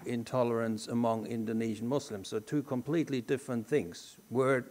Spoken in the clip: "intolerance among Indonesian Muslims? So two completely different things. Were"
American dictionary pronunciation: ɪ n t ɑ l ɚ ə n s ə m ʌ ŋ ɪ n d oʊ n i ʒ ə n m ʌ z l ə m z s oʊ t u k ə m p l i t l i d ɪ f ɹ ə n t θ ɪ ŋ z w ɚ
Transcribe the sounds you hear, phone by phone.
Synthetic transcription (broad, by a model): ɪ n t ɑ l ɚ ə n s ə m ʌ ŋ ɪ n d oʊ n i ʒ ə n m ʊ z l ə m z s oʊ t u k ə m p l i t l i d ɪ f ɹ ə n θ ɪ ŋ z w ɚ